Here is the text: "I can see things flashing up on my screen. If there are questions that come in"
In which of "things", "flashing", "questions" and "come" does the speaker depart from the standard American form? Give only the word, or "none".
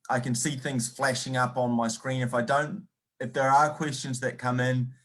none